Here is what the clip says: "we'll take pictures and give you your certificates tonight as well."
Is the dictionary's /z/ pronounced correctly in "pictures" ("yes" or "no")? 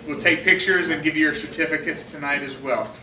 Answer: yes